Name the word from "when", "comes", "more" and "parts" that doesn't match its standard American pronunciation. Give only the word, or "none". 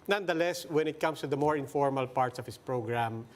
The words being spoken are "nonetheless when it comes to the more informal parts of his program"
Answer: comes